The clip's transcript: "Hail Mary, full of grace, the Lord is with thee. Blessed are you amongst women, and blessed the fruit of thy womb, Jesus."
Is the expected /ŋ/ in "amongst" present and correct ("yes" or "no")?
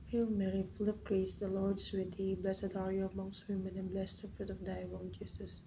yes